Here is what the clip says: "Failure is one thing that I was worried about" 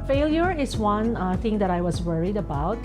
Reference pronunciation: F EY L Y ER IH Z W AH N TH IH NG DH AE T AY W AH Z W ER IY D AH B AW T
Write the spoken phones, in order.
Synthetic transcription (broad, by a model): F EY L Y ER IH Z W AH N TH IH NG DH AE T AY W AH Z W ER IY D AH B AW T